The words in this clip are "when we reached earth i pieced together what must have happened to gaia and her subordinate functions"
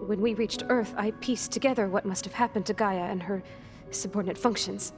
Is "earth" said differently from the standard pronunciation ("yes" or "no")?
no